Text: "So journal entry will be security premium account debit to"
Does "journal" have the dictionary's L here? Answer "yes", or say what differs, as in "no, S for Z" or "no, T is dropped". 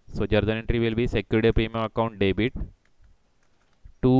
no, N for L